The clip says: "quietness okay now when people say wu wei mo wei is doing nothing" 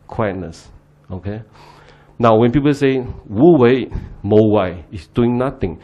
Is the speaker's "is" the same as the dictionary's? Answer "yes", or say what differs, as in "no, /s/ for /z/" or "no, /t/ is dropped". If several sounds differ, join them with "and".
no, /s/ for /z/